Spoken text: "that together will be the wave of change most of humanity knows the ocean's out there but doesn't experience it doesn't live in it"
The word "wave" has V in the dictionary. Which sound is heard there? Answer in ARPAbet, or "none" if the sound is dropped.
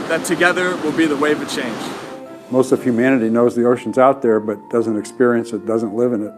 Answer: none